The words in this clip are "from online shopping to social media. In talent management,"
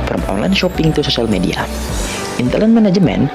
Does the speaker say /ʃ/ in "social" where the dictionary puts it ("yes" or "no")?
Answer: no